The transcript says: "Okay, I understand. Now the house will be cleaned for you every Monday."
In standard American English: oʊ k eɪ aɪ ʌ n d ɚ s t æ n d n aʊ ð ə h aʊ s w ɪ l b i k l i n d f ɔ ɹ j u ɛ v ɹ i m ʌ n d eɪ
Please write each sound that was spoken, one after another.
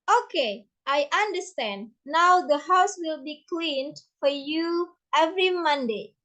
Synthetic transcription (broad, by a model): oʊ k eɪ aɪ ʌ n d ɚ s t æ n d n aʊ ð ə h aʊ s w ɪ l b i k l i n d f ɔ ɹ j u ɛ v ɹ i m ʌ n d eɪ